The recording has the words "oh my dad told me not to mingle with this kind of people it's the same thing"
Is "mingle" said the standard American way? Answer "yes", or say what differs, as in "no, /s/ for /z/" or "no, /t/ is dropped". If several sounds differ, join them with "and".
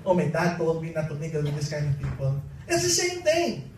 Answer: no, /ŋ/ is dropped